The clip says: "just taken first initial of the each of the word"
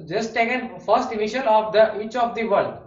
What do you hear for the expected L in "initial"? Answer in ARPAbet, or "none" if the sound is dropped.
N